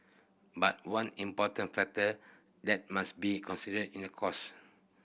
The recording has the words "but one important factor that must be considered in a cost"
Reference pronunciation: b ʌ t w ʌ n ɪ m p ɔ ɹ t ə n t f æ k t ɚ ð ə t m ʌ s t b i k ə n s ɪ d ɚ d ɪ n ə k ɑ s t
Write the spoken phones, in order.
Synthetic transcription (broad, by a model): b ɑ t w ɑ n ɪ m p ɔ t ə n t f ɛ k t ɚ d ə t m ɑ s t b i k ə n s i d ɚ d ɪ n ə k ɑ s